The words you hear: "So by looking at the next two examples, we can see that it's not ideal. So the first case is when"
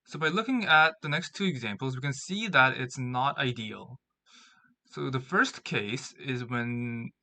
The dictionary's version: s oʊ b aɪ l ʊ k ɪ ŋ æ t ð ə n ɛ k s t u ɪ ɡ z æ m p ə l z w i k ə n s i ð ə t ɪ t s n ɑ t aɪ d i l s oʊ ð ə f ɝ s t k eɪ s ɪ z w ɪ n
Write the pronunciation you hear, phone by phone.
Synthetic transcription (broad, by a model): s oʊ b aɪ l ʊ k ɪ ŋ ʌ t ð ə n ɛ k s t u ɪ ɡ z æ m p l z w i k ə n s i ð ə t ɪ t s n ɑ t aɪ d i l s oʊ ð ə f ɝ s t k eɪ s ɪ z w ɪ n